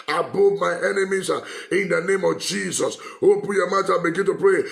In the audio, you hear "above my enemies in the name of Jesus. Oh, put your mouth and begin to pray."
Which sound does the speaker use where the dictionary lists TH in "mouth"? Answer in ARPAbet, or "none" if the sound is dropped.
T